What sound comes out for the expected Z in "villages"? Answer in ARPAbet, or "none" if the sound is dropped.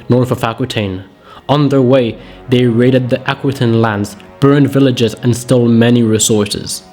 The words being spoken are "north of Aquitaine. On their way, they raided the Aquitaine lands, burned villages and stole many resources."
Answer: Z